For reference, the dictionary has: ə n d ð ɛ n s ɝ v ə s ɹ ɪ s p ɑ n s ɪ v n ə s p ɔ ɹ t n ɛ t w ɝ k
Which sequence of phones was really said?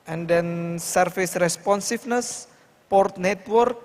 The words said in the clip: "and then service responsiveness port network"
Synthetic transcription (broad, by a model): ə n d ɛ n s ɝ f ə s ɹ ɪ s p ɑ n s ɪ f n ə s p ɔ ɹ t n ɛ t w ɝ k